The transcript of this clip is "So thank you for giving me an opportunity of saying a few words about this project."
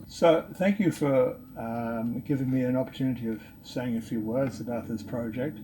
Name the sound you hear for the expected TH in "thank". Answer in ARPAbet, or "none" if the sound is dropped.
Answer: TH